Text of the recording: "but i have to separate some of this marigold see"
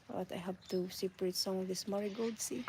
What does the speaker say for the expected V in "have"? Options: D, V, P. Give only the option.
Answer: P